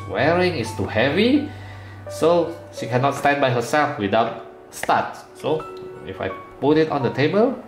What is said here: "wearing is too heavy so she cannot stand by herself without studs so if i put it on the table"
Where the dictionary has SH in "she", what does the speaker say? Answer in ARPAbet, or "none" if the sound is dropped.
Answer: SH